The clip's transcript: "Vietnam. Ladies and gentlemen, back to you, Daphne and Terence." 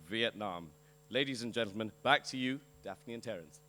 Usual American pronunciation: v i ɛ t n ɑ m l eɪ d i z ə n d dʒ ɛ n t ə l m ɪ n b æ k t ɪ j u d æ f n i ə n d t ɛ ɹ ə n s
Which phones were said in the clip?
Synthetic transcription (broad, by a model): v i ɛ t n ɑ m l eɪ d i z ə n dʒ ɛ n t l m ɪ n b æ k t ɪ j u d æ f n i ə n t ɛ ɹ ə n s